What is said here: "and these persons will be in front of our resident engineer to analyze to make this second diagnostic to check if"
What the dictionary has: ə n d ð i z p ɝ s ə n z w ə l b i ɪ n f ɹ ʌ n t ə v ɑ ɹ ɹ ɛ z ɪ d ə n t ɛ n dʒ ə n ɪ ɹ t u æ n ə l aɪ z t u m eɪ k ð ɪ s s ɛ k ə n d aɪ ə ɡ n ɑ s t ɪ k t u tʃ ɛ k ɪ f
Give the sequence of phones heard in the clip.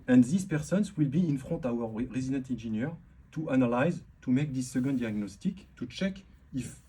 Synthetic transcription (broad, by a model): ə n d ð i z p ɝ s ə n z w ə l b i ɪ n f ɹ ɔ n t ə w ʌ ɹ ɹ ɛ z ɪ d ə n t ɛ n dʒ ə n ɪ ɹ t u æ n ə l aɪ z t u m eɪ k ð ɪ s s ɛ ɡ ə n d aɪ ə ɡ n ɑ s t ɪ k t u tʃ ɛ k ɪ f